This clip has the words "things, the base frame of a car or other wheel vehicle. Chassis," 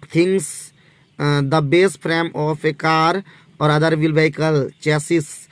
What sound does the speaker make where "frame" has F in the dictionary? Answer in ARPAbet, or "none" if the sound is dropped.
P